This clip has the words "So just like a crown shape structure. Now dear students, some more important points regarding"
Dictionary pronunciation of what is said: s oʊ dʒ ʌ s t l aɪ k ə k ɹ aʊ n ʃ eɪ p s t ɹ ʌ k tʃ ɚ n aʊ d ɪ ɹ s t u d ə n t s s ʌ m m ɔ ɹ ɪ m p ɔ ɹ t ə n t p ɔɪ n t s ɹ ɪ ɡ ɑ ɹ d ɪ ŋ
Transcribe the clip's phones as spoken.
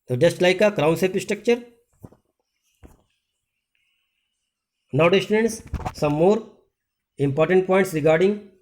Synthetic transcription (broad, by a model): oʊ dʒ ʌ s t l aɪ k ə k ɹ aʊ n s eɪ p s t ɹ ʌ k tʃ ɚ n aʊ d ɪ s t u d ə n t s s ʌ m m ɔ ɹ ɪ m p ɔ ɹ t ə n t p ɔɪ n t s ɹ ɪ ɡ ɑ ɹ d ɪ ŋ